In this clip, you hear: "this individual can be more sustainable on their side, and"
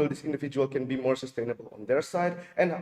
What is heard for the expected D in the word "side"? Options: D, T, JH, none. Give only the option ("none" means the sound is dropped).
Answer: D